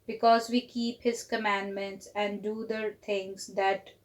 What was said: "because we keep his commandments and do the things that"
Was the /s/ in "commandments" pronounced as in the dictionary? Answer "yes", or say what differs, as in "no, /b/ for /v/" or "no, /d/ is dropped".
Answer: yes